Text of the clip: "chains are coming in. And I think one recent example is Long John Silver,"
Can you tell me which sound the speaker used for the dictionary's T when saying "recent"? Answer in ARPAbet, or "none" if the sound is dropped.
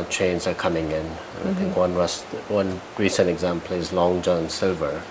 T